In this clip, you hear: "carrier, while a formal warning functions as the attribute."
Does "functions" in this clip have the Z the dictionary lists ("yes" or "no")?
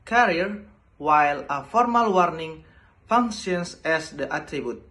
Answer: no